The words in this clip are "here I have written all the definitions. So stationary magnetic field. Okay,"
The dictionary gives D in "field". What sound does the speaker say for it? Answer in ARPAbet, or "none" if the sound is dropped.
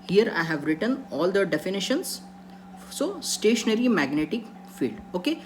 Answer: D